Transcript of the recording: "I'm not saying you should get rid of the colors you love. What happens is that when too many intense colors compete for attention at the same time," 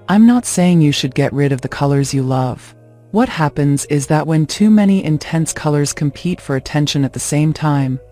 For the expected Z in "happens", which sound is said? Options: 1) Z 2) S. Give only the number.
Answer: 1